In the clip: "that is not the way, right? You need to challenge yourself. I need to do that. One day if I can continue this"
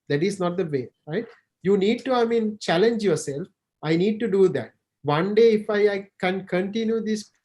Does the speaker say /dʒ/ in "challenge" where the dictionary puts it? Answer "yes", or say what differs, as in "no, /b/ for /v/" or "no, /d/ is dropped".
yes